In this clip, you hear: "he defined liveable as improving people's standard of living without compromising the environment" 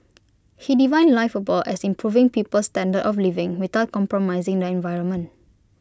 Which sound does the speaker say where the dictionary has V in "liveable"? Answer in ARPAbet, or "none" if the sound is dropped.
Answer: F